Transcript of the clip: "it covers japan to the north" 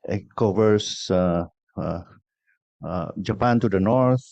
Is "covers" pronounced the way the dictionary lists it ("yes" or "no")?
no